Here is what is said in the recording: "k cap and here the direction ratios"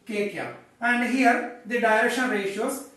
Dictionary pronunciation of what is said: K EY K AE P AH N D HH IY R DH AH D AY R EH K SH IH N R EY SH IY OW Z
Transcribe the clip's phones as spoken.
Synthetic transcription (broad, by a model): K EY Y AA AH N D HH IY R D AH D AY R EH K SH IH N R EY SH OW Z